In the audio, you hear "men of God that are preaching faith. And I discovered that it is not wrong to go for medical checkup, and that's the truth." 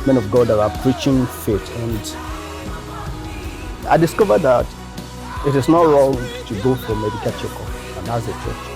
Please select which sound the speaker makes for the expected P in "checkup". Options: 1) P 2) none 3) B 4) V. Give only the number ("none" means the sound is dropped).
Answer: 2